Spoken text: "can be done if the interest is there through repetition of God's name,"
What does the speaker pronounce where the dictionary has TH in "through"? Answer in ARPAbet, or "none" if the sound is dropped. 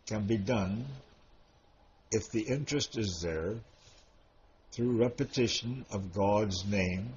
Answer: TH